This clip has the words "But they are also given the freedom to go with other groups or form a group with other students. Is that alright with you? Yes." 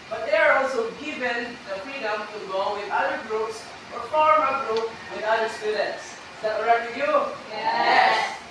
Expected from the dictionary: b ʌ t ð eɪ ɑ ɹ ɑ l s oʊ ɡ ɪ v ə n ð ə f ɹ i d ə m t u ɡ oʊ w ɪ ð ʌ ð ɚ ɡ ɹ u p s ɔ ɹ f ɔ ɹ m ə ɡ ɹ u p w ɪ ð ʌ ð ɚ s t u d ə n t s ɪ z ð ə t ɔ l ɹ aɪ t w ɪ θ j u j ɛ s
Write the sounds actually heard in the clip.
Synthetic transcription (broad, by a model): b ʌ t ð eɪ ɑ ɹ ɑ l s oʊ ɡ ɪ v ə n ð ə f ɹ i d ə m t u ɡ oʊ w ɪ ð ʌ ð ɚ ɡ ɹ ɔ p s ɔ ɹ f ɔ ɹ m ə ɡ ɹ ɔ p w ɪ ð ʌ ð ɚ s t u d ə n t s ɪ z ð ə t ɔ ɹ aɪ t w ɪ j u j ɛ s